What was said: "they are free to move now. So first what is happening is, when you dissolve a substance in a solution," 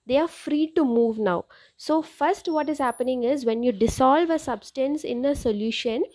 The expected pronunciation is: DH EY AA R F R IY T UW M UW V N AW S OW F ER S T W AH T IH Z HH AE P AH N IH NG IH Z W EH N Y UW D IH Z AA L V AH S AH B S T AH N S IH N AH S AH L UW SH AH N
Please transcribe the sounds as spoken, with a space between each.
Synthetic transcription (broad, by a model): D EY AA R F R IY T UW M UW V N AW S OW F ER S T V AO T IH Z HH AE P AH N IH NG IH Z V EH N Y UW D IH S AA L V AH S AH B S T AH N S IH N AH S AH L UW SH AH N